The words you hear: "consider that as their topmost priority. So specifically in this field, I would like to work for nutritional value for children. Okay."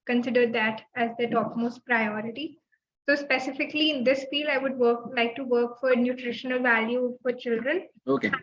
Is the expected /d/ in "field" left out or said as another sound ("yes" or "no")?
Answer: yes